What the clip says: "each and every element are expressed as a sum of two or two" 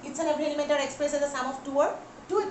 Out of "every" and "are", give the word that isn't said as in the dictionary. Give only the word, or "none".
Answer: every